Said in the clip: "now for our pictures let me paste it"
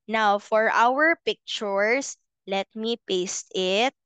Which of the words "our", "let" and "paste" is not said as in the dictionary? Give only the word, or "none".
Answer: none